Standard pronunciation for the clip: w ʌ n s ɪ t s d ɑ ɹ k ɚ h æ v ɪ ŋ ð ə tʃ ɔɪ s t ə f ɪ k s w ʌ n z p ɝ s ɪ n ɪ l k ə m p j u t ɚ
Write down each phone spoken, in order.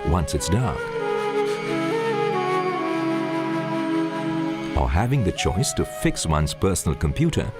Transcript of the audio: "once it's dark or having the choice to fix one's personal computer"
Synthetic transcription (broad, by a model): w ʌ n s ɪ t s d ɑ ɹ k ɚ h æ v ɪ ŋ ð ə tʃ ɔɪ s t ə f ɪ k s w ʌ n z p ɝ s n l k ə m p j u t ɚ